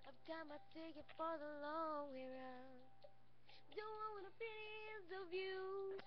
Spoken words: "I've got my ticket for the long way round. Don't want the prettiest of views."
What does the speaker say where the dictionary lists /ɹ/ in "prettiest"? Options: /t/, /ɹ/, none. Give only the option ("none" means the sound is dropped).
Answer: none